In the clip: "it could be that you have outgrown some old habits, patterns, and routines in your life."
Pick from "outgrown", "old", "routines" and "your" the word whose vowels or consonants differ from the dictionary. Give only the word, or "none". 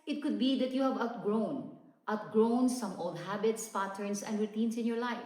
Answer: routines